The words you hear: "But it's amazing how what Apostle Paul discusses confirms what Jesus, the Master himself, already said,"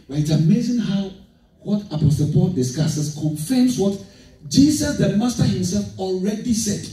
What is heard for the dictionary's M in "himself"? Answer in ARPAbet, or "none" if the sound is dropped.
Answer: M